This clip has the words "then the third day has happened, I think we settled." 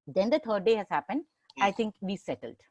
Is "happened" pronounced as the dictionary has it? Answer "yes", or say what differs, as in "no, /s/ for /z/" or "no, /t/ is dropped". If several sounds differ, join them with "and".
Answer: yes